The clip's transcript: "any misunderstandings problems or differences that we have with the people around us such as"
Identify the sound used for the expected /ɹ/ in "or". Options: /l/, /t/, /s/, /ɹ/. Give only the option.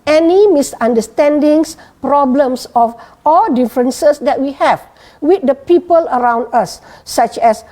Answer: /l/